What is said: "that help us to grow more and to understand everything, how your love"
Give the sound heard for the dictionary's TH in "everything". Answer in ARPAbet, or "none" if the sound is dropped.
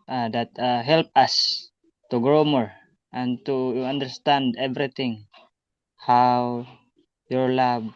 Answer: T